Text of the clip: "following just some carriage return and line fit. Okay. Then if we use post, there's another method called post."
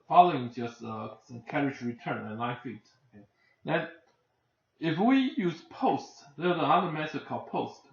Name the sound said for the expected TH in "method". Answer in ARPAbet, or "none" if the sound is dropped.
S